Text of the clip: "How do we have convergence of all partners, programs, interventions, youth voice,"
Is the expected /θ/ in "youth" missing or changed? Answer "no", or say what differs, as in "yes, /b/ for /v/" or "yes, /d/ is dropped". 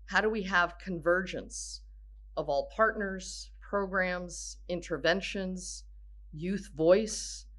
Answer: no